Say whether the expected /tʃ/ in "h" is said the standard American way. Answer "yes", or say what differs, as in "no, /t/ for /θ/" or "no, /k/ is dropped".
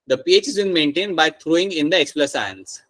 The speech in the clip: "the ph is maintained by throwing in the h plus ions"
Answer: no, /s/ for /tʃ/